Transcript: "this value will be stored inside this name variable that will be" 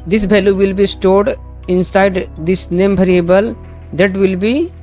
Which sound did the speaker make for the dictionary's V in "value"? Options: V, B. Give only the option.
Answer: B